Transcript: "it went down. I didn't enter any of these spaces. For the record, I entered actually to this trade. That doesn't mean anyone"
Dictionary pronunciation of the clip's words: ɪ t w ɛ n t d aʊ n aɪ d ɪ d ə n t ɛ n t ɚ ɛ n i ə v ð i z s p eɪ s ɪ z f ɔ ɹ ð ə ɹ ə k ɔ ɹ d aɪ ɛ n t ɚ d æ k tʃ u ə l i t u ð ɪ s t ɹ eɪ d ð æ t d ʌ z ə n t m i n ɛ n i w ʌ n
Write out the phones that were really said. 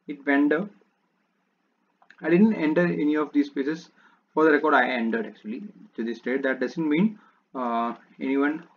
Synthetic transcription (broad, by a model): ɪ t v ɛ n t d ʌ aɪ d ɪ d ə n t ɛ n t ɚ ɛ n i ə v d i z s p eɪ s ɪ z f ɔ ɹ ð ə ɹ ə k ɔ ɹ d aɪ ɛ n t ɚ d æ k tʃ u ə l i t u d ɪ s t eɪ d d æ t d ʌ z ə n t m i n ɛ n i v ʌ n